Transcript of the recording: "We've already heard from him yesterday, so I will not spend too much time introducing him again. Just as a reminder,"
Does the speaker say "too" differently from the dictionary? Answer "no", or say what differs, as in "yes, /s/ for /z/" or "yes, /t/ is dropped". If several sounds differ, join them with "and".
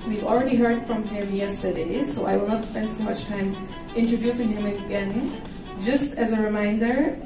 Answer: yes, /s/ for /t/